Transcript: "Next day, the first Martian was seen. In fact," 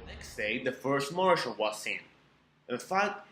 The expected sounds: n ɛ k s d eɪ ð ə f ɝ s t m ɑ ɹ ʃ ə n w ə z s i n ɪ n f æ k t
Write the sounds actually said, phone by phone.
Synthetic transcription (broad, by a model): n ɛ k s d eɪ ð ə f ɝ s t m ɑ ɹ ʃ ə l w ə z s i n ɪ n f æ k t